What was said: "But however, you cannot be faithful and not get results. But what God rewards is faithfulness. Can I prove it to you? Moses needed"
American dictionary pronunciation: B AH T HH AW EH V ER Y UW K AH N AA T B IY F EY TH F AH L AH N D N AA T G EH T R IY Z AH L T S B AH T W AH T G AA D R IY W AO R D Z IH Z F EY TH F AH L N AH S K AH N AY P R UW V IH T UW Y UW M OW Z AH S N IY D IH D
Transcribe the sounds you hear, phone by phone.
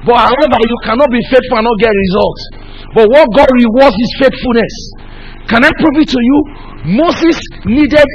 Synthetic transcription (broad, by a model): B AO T HH AW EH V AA Y UW K AH N AA T B IY F EY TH F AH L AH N N AA T G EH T R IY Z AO L T B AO T W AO T G AA D R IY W AO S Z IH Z F EY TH F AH L N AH S K AH N AY P R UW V IH T UW Y UW M OW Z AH S N IY D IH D